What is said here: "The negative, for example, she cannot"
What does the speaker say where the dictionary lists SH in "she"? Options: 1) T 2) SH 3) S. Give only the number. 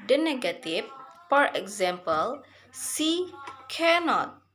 3